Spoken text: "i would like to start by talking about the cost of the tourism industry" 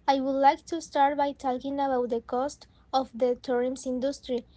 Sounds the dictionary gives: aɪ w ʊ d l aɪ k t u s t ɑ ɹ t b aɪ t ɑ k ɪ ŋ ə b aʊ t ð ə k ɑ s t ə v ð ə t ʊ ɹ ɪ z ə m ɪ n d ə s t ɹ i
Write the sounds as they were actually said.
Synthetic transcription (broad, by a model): aɪ w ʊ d l aɪ k t u s t ɑ ɹ t b aɪ t ɑ k ɪ ŋ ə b aʊ t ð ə k ɑ s t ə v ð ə t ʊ ɹ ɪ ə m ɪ n d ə s t ɹ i